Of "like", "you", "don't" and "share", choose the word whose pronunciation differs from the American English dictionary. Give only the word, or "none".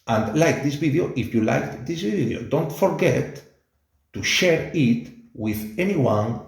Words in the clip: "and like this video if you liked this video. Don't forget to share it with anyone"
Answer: none